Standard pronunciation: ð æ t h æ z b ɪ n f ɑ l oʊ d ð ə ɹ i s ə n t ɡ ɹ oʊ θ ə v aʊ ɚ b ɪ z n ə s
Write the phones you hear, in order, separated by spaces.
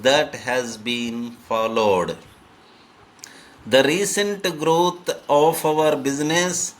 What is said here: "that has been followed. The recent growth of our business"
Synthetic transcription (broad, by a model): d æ t h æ z b ɪ n f ɑ l oʊ d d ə ɹ i s ə n t ɡ ɹ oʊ t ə f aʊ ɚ b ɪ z n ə s